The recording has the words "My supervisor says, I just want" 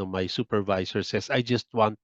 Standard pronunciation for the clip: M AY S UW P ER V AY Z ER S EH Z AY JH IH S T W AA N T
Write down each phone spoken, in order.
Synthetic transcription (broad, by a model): M AY S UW P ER V AY S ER S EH S AY JH IH S T W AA N T